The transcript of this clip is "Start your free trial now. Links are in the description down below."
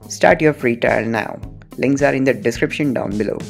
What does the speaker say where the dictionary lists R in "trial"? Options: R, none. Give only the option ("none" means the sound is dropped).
none